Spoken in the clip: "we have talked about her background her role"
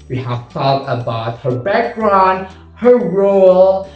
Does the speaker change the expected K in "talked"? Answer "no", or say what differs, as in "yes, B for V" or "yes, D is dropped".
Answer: yes, K is dropped